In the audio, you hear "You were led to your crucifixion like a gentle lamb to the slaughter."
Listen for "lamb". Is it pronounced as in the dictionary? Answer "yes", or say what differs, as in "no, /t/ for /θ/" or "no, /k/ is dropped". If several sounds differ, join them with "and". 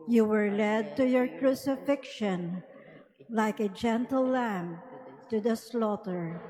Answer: yes